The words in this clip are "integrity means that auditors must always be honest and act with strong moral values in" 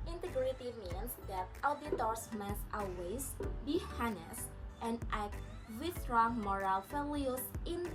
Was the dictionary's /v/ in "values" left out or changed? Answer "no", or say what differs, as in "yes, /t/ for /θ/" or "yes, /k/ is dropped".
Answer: yes, /f/ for /v/